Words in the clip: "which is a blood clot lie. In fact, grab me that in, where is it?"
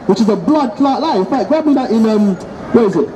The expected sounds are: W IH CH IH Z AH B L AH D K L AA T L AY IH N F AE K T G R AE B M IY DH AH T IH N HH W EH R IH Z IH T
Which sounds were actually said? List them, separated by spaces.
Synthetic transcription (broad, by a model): W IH CH IH Z AH B L AH D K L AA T L AY IH N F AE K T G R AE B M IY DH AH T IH N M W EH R IH Z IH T